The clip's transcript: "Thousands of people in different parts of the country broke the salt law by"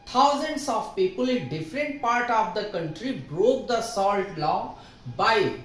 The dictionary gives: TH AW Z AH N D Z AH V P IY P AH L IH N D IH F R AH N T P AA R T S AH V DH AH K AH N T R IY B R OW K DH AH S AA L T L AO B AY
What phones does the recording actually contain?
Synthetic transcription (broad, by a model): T AW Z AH N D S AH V P IY P AH L IH N D IH F R AH N T P AA R T AH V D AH K AH N T R IY B R OW K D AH S AA L T L AO B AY